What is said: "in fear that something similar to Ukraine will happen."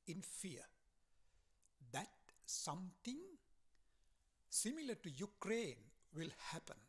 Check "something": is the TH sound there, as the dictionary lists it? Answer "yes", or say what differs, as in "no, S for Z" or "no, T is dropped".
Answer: no, T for TH